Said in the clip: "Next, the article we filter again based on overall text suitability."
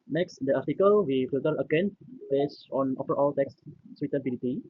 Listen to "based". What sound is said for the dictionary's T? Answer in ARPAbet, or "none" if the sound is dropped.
none